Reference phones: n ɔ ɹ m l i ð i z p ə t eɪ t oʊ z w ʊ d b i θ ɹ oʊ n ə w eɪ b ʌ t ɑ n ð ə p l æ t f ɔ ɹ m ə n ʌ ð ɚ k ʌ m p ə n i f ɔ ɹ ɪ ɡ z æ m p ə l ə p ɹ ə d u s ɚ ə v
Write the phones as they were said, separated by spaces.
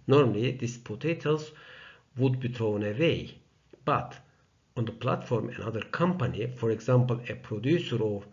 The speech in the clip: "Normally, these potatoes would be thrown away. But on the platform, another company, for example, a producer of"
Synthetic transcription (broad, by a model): n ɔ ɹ m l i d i s p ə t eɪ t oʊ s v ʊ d b i t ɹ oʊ n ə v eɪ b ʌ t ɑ n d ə p l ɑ t f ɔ ɹ m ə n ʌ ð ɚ k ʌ m p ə n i f ɔ ɹ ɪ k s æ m p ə l ə p ɹ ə d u s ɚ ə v